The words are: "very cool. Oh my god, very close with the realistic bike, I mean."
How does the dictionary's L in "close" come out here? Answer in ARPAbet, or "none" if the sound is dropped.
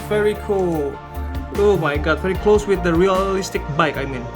L